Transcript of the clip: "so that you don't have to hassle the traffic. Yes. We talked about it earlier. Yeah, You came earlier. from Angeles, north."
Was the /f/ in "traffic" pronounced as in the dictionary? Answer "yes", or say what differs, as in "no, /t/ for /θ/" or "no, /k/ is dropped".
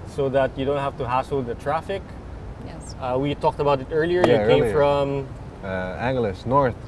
yes